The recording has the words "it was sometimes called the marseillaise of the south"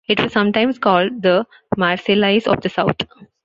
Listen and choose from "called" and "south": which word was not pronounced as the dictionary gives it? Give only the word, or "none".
south